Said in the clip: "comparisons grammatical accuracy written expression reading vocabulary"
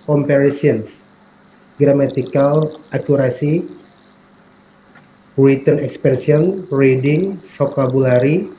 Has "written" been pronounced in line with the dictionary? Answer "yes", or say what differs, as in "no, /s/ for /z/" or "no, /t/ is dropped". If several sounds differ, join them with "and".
no, /w/ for /ɹ/